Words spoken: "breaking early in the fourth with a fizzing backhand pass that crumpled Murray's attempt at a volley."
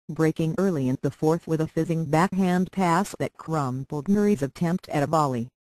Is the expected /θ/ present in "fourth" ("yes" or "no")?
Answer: yes